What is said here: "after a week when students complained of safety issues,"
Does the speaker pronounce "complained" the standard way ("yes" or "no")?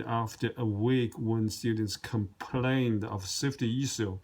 yes